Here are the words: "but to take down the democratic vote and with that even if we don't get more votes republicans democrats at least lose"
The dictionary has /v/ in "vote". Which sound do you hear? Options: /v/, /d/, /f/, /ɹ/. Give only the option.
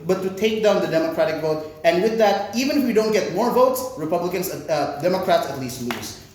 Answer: /v/